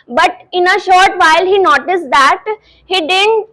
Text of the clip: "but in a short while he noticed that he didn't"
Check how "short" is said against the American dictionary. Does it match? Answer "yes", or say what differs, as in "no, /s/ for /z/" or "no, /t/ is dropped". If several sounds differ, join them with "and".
yes